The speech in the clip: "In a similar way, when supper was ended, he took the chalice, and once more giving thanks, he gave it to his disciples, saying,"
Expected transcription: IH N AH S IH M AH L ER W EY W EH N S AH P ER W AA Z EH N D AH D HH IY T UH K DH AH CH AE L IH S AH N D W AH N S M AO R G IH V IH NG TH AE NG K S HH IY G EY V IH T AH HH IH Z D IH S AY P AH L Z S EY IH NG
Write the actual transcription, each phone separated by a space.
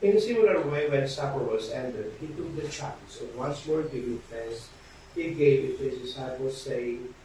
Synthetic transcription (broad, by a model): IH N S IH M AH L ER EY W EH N S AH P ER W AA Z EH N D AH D HH IY T UH K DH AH CH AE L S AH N W AH N S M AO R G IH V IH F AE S HH IY G EY V IH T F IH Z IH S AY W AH Z S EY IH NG